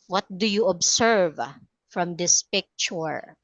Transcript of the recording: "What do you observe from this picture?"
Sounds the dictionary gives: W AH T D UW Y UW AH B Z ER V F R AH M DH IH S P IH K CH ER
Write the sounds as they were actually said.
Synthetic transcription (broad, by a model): W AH T D UW Y UW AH B S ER V F R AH M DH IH S P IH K CH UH